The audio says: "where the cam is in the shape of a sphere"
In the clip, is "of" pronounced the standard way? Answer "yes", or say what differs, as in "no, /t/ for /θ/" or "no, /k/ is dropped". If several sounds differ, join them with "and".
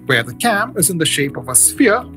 yes